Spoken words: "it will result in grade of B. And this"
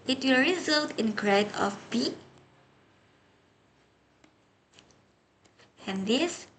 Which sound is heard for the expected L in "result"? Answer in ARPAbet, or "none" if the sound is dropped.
L